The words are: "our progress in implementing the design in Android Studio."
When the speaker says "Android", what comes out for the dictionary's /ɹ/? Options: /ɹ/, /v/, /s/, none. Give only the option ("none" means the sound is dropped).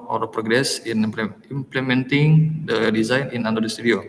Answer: none